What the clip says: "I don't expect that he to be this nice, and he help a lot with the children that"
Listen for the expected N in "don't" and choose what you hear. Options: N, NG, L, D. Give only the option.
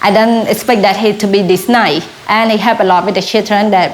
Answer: N